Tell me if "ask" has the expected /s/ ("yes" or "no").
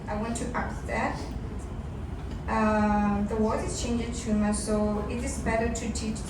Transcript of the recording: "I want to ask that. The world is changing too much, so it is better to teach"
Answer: no